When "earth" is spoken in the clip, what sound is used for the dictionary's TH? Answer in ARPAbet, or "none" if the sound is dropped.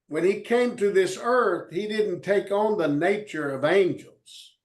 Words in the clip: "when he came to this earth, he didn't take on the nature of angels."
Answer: TH